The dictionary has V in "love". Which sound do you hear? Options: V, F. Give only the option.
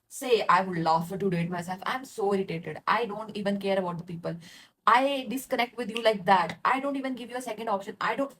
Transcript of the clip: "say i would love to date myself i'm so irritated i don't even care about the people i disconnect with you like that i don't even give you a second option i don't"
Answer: F